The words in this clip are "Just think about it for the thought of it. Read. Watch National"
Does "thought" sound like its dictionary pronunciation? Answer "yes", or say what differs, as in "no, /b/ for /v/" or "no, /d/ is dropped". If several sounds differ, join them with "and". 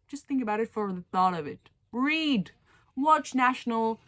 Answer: yes